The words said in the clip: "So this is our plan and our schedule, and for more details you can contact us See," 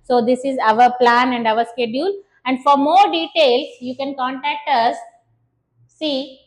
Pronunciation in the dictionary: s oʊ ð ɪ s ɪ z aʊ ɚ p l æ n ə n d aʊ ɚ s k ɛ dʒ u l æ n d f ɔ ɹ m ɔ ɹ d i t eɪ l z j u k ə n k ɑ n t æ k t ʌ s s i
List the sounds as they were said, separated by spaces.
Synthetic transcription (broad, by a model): s oʊ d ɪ s ɪ z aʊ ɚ p l æ n ə n d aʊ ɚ s k ɛ dʒ u l æ n d f ɔ ɹ m ɔ ɹ d i t eɪ l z j u k ə n k ɑ n t æ k t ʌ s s i